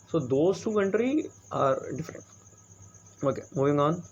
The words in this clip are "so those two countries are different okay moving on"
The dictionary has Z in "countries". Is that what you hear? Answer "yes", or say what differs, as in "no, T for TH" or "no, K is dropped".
no, Z is dropped